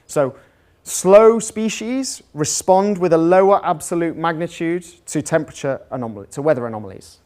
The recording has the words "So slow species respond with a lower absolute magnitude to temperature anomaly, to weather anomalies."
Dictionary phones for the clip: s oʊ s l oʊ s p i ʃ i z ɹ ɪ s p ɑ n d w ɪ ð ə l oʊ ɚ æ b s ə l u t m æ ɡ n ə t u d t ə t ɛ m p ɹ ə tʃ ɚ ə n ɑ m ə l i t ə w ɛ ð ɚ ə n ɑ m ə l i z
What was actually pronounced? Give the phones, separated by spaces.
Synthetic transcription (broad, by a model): s oʊ s l oʊ s p i ʃ i z ɹ ɪ s p ɑ n d w ɪ ð ə l oʊ ɚ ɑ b s ə l u t m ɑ ɡ n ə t u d t ə t ɛ m p ɹ ə tʃ ɚ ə n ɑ m ə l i t ə w ɛ ð ɚ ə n ɑ m ə l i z